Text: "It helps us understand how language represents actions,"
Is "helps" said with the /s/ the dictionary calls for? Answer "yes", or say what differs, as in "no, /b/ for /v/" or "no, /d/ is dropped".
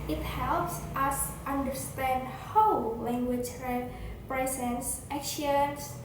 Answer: yes